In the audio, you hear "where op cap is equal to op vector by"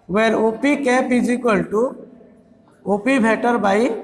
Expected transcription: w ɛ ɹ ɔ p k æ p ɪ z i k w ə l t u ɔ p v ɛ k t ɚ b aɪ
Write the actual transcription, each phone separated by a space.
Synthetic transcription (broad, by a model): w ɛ ɹ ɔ p k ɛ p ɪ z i k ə l t u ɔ p b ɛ t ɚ b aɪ